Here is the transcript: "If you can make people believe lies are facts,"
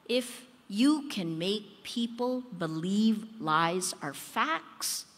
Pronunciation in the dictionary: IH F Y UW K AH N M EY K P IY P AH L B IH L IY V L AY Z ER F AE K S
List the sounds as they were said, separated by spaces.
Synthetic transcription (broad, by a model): IH F Y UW K AH N M EY K P IY P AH L B IH L IY V L AY Z ER F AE K S